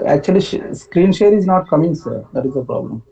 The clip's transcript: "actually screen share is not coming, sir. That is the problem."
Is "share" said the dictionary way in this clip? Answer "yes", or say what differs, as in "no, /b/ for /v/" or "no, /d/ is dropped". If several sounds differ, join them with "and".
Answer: yes